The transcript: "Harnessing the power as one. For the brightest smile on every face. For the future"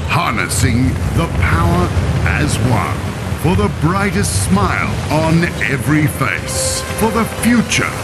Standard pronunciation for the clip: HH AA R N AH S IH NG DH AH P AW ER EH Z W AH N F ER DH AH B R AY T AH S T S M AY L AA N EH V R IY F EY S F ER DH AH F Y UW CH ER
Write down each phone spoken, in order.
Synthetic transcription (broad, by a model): HH AA R N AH S IH NG DH AH P AW ER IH Z W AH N F ER DH AH B R AY T AH S T S M AY L N EH V R IY F EY S F ER DH AH F Y UW CH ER